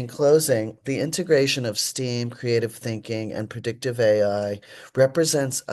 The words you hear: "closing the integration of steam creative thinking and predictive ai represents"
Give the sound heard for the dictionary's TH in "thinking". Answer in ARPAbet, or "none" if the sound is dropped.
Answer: TH